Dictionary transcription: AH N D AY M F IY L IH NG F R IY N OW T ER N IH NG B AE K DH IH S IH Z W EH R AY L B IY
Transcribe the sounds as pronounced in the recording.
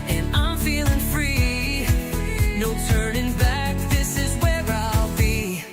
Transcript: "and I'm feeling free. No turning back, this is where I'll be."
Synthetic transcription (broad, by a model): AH N AY M F IY L IH NG F R IY N OW T ER N IH NG B AE K DH IH S IH Z W EH R AY L B IY